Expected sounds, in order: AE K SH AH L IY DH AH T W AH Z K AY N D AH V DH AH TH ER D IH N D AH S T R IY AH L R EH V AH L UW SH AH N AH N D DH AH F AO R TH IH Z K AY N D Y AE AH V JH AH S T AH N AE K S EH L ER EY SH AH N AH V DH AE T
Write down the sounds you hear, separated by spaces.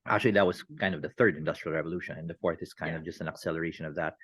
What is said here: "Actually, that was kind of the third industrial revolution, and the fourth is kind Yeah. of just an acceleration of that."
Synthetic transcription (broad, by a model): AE K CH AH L IY DH AH T W AH Z K AY N D AH V DH AH TH ER D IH N D AH S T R IY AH L R EH V AH L UW SH AH N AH N DH AH F AO R TH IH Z K AY N D AH V JH AH S T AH N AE K S EH L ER EY SH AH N AH V DH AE T